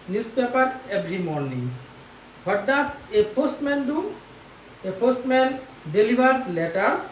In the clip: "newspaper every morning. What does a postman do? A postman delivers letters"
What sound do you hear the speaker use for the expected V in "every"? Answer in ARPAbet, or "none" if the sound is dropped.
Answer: B